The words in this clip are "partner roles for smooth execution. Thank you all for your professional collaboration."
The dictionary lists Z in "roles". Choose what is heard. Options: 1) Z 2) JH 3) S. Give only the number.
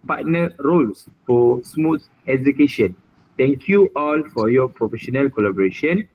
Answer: 3